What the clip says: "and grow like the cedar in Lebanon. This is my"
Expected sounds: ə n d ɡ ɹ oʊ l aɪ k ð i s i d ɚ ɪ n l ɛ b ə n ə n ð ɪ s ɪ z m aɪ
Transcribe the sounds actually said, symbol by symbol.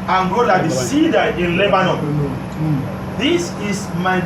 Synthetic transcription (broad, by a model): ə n ɡ oʊ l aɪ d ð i s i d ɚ ɪ n l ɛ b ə n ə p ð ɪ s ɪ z m aɪ